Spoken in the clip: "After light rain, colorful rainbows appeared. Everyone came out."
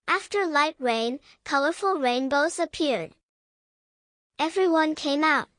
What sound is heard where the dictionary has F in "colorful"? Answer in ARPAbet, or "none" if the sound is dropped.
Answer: F